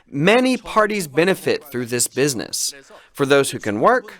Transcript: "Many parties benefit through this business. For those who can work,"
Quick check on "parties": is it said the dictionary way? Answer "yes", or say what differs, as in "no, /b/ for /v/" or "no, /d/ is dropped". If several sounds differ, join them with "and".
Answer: yes